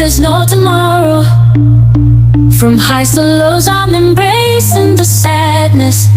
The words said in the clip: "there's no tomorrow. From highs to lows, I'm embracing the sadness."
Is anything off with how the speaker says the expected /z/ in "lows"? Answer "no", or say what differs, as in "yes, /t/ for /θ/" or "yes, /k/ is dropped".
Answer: no